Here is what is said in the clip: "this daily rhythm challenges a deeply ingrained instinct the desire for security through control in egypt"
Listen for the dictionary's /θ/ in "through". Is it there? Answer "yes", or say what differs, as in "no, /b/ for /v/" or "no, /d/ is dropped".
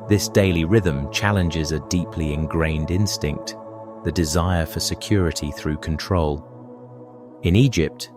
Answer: yes